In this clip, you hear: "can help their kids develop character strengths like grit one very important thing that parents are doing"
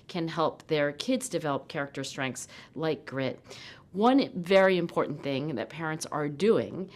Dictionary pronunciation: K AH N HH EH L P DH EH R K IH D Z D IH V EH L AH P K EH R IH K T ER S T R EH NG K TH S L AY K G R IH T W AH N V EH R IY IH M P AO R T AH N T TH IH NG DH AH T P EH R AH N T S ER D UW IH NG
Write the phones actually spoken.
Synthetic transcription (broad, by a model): K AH N HH EH L P DH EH R K IH D Z D IH V EH L AH P K EH R IH K T ER S T R EH NG K TH S L AY K G R IH T W AH N V EH R IY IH M P AO R T N TH IH NG DH AH T P EH R AH N T S ER D UW IH NG